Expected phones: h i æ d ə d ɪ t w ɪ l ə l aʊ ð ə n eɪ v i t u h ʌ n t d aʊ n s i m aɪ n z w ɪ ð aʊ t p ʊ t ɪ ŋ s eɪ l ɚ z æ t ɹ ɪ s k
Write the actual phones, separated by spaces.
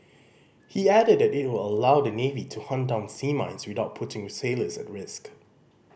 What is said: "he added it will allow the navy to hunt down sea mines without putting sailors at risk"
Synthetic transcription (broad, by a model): h i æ d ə d ɪ t w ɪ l ə l aʊ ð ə n eɪ v i t u h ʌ n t d aʊ n s i m aɪ n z w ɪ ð aʊ t p ʊ t ɪ ŋ s eɪ l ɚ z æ t ɹ ɪ s k